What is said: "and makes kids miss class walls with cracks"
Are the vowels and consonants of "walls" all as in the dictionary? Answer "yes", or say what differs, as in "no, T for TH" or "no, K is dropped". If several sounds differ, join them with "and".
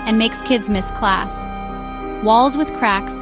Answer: yes